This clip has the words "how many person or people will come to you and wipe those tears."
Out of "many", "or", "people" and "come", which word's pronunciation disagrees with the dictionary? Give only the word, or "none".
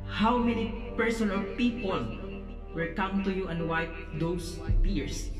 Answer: or